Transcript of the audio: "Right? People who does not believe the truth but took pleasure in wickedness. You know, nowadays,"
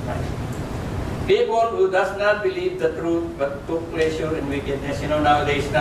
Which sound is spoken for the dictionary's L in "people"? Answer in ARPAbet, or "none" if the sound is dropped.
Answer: N